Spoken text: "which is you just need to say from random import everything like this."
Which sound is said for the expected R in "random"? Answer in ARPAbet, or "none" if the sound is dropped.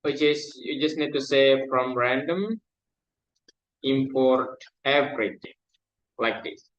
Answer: R